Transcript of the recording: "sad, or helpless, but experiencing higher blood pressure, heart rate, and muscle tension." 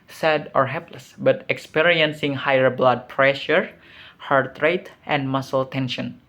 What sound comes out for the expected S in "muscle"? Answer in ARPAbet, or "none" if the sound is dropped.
S